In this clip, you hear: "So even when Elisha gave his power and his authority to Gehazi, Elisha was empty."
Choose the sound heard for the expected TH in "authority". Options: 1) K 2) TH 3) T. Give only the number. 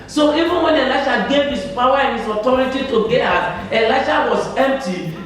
3